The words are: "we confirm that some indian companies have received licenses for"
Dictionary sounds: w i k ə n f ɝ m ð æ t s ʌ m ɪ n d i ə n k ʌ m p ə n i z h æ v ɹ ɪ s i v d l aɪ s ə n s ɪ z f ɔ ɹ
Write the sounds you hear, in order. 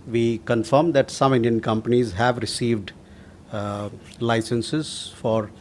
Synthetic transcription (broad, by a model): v i k ə n f ɝ m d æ t s ʌ m ɪ n d i ə n k ʌ m p ə n i z h æ v ɹ ɪ s i v d l aɪ s ə n s ɪ z f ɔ ɹ